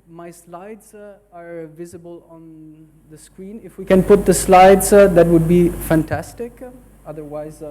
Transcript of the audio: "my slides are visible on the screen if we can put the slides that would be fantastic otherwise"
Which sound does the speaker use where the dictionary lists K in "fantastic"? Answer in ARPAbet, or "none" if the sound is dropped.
K